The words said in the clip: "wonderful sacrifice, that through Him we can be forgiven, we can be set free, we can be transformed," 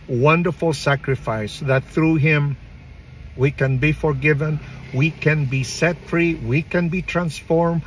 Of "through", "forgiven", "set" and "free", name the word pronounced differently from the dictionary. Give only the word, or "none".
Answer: none